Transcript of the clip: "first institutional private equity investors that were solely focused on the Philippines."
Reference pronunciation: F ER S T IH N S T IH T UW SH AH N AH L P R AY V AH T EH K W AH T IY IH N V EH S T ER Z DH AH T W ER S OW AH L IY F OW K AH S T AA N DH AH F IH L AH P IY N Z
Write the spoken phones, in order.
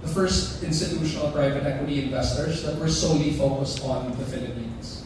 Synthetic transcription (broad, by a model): F ER S T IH N S T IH T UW SH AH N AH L P R AY V AH T EH K W AH T IY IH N V EH S T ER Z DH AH T W ER S OW AH L IY F OW K AH S T AA N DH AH F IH L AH P IY N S